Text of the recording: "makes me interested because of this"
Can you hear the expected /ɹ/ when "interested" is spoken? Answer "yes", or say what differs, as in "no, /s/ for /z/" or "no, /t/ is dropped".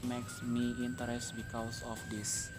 no, /ɹ/ is dropped